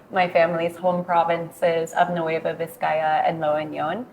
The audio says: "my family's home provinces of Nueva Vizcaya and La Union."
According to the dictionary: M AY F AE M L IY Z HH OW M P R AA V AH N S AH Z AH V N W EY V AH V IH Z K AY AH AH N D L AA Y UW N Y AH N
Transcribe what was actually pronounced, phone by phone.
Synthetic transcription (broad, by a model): M AY F AE M L IY Z HH OW M P R AA V AH N S AH Z AH V N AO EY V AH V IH S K AY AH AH N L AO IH N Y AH N